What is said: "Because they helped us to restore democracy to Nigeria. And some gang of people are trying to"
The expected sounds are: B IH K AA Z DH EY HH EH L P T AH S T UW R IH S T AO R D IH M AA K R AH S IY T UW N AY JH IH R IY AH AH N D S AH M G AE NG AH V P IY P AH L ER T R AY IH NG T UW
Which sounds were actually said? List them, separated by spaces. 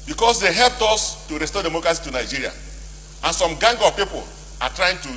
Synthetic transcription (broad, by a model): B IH K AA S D EY HH EH L P T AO S T UW R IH S T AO D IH M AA K R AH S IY T UW N AY JH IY R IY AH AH N S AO M G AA NG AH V P IY P AH L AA T R AY IH NG T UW